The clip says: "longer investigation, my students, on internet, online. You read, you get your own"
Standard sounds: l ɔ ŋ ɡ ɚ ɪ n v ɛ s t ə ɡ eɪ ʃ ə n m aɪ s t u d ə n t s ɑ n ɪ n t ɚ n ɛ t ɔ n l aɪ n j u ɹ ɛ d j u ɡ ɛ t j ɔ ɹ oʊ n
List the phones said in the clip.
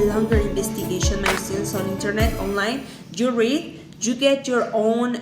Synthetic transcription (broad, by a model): l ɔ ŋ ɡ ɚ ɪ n b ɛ s t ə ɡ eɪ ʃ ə n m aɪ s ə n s ɑ n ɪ n t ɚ n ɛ t ɔ n l aɪ n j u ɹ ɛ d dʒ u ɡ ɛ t j ɔ ɹ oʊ n